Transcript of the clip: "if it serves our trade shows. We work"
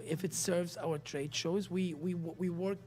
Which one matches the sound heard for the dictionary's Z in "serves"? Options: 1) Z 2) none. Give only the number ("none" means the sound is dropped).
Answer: 1